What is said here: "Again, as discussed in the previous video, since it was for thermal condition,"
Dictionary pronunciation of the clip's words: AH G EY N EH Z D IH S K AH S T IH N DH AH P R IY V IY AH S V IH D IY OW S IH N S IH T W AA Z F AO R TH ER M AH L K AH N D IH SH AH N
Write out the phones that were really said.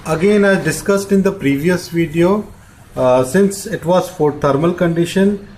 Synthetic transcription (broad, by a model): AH G EY N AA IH D IH S K AH S T IH N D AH P R IY V IY AH S V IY D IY OW S IH N S IH T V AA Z F AO R T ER M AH L K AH N D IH SH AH N